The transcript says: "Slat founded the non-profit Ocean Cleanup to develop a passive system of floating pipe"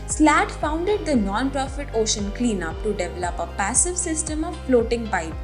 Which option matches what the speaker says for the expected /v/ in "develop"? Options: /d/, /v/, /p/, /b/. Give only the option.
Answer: /v/